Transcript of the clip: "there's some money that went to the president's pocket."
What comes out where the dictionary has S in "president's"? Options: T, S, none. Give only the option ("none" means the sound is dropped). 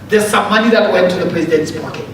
S